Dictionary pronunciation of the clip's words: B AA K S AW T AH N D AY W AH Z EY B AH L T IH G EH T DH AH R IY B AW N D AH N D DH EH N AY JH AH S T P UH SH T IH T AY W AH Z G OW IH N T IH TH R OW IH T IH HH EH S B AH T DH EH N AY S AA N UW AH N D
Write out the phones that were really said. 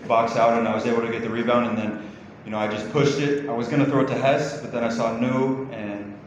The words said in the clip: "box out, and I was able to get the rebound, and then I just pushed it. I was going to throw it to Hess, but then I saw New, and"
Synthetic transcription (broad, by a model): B AA K S AW T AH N AY W AH Z EY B L T IH G EH T DH AH R IY B AW N D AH N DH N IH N AY JH AH S P UH SH T IH T AY W AH Z G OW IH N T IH TH R OW IH T IH HH EH S B AH T DH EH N AY S AA N UW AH N